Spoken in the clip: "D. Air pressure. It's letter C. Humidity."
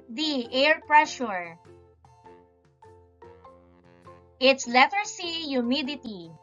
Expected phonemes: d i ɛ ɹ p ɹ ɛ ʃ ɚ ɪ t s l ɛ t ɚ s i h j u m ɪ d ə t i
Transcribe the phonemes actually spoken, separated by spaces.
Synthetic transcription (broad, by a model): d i ɛ ɹ p ɹ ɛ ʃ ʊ ɪ t s l ɛ t ɚ s i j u m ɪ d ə t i